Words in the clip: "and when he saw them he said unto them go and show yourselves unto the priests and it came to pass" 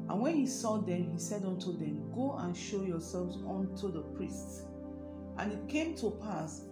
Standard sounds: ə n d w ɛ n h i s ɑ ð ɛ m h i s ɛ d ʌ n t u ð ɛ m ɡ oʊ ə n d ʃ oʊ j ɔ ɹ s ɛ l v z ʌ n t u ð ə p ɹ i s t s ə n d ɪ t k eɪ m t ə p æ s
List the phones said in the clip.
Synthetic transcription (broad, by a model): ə n w ɛ n h i s ɑ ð ɛ m h i s ɛ d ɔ n t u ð ɛ m ɡ oʊ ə n ʃ oʊ j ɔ s ɛ l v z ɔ n t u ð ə p ɹ i s t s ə n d ɪ t k eɪ m t ə p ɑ s